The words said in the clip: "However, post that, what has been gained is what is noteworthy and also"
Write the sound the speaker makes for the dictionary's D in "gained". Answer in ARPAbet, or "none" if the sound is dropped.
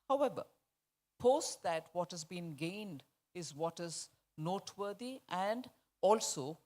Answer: D